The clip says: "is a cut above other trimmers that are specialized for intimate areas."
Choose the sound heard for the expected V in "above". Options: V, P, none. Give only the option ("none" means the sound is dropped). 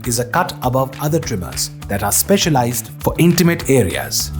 V